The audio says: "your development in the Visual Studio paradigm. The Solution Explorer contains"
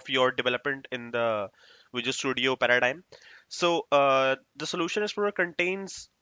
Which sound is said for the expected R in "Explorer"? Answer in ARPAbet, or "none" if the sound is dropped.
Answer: none